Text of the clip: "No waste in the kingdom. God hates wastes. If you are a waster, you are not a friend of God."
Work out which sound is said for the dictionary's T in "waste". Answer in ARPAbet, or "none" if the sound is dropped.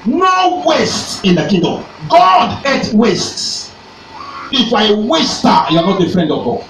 T